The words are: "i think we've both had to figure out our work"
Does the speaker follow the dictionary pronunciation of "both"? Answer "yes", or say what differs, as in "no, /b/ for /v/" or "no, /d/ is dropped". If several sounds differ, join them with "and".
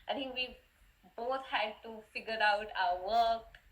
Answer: no, /t/ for /θ/